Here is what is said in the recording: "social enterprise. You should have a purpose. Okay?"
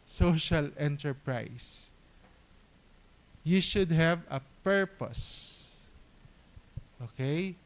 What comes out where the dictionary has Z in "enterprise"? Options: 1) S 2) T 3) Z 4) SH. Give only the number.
1